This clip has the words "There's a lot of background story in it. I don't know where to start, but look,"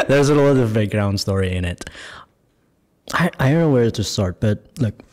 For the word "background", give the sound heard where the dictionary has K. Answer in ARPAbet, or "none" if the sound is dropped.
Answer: none